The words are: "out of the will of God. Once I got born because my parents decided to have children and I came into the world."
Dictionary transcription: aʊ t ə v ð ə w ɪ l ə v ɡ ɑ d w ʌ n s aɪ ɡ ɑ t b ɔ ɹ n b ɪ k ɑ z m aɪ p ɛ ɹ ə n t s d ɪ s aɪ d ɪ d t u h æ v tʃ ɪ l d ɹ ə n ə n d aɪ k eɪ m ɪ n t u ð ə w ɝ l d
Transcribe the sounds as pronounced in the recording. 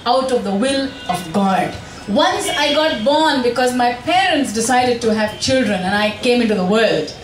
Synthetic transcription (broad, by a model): aʊ t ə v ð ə w ɪ l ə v ɡ ɑ d w ʌ n s aɪ ɡ ɑ t b ɔ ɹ n b ɪ k ɑ z m aɪ p ɛ ɹ ə n t s d ɪ s aɪ d ɪ d t u h æ v tʃ ɪ l d ɹ ə n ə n aɪ k eɪ m ɪ n t u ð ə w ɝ l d